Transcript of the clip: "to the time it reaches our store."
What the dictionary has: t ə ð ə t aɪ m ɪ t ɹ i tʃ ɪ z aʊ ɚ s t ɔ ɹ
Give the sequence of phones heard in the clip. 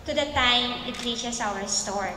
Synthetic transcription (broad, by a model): t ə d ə t aɪ m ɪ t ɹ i ʃ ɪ s aʊ ɚ s t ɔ ɹ